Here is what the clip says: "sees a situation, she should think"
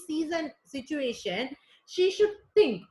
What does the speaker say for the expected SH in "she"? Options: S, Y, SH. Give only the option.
SH